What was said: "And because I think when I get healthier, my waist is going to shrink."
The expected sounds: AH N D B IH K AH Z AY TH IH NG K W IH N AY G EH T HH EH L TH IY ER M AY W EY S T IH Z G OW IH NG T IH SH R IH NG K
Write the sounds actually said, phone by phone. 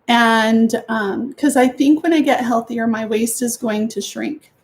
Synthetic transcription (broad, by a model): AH N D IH K AH Z AY TH IH NG K W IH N AY G EH T HH EH L TH IY ER M AY W EY S T IH Z G OW IH NG T IH SH R IH NG K